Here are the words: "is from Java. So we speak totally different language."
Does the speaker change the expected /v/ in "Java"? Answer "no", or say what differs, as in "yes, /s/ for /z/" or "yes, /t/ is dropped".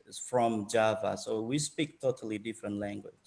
no